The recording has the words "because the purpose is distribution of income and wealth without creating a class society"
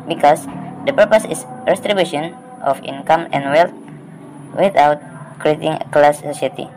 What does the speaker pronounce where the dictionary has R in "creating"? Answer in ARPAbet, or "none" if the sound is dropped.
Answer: R